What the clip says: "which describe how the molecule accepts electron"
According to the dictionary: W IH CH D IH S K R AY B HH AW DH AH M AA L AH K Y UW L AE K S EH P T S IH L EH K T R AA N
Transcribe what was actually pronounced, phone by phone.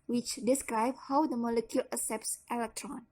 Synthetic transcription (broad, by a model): W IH CH D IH S K R AY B HH AW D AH M AA L AH K Y UW L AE S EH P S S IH L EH K T R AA N